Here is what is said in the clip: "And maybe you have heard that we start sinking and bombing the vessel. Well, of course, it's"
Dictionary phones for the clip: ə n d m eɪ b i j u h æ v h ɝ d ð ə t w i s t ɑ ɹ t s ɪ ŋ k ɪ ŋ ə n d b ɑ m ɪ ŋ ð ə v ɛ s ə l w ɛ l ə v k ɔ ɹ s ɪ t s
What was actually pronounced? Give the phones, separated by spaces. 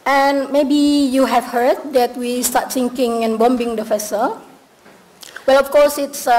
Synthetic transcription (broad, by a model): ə n m eɪ b i j u h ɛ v h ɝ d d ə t w i s t ɑ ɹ t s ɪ ŋ k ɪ ŋ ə n b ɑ m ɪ ŋ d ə f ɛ s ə w ɛ l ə f k ɔ s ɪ t s